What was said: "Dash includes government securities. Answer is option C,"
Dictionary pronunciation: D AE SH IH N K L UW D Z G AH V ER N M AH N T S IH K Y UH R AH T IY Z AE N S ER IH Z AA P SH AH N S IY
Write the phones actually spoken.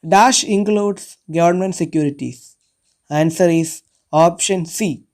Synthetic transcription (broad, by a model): D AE SH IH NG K L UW D S G AH V ER N M AH N T S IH K Y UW R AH T IY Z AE N S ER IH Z AA P SH AH N S IY